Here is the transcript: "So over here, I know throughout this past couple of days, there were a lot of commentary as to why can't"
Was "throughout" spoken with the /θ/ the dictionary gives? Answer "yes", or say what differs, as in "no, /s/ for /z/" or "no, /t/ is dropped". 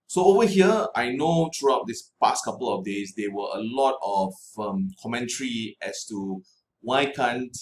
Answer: no, /t/ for /θ/